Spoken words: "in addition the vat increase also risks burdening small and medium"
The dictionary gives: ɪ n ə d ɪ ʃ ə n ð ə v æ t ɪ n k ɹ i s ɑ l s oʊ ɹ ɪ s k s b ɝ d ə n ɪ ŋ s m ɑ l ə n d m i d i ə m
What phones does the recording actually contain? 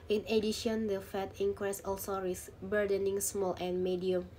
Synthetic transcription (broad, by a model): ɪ n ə d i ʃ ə n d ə f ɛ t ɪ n k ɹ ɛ s ɑ l s oʊ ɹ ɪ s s b ɝ d ə n ɪ ŋ s m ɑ l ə n m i d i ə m